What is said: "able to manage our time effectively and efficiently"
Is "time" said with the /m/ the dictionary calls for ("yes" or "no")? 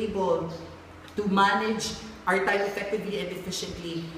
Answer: no